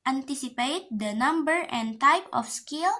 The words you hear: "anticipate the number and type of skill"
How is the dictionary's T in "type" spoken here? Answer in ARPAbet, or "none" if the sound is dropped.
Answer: T